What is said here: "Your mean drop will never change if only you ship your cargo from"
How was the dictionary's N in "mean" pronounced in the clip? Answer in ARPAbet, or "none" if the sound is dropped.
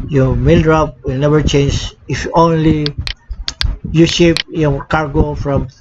L